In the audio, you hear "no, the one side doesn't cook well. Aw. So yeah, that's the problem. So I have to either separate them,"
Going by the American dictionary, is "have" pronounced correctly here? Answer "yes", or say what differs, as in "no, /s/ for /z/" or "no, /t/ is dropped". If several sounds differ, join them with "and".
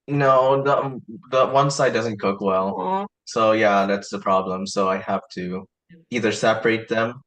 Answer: no, /f/ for /v/